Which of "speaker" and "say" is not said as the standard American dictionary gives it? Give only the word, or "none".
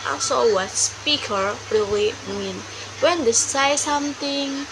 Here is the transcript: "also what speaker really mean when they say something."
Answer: none